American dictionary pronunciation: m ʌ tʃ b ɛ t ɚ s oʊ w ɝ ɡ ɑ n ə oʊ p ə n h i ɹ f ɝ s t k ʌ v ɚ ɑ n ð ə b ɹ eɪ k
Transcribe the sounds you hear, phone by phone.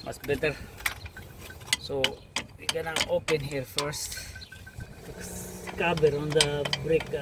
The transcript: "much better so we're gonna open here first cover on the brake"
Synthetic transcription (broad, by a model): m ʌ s b ɛ t ɚ s oʊ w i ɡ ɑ n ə oʊ p ə n h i ɹ f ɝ s t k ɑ b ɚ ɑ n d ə b ɹ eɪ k